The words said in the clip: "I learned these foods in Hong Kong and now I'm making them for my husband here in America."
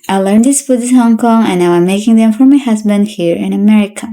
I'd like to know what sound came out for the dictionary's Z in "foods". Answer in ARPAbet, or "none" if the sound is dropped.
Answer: none